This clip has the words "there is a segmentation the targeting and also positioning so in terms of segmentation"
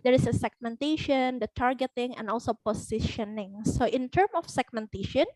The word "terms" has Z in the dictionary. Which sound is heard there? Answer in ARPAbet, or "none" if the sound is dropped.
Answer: none